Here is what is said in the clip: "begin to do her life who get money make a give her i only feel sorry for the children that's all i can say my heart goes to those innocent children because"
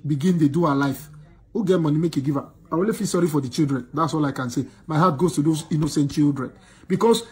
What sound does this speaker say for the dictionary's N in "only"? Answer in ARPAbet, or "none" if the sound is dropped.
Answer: none